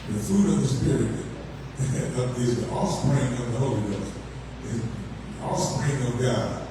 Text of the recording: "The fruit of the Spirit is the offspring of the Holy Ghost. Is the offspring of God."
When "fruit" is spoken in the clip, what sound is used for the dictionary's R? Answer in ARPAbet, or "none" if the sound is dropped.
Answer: none